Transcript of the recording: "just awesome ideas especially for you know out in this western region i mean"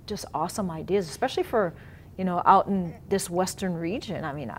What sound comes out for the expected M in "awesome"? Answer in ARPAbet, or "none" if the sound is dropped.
M